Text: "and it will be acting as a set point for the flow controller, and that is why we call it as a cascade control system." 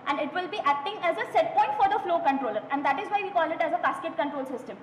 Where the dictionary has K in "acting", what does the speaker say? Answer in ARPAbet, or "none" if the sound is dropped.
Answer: K